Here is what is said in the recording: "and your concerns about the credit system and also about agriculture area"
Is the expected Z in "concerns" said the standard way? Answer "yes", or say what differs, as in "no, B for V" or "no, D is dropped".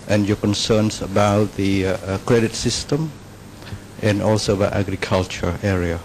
no, S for Z